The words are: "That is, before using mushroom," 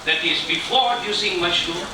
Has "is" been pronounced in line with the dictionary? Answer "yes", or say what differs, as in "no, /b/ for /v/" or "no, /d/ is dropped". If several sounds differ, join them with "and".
yes